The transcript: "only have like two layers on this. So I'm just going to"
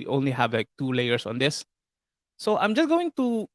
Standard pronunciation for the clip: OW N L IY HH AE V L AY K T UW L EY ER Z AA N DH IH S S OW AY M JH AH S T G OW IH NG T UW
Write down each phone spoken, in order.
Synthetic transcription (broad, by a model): OW N L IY HH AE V L AY K T UW L EY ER S AA N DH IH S S OW AY M JH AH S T G OW IH NG T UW